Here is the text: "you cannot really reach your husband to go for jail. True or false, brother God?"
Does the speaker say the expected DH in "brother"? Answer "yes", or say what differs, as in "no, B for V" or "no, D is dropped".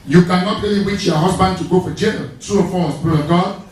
no, DH is dropped